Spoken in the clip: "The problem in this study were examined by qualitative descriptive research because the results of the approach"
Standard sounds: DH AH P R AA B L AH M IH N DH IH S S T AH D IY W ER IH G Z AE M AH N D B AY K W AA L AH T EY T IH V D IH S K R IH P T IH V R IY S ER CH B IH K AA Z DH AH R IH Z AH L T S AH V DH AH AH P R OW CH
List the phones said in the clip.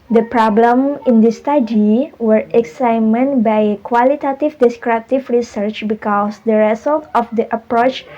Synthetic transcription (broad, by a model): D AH P R AA B L AH M IH N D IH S S T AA D IY W ER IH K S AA M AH N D B AY K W AA L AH T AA T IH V D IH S K R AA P T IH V R IY S ER CH B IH K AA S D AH R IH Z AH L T AH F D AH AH P R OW CH